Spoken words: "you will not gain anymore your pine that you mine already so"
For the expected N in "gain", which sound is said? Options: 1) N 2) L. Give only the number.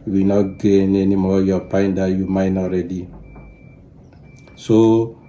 1